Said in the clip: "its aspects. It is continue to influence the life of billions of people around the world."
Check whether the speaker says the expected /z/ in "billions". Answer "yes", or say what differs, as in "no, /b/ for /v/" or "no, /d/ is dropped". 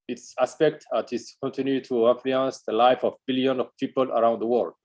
no, /z/ is dropped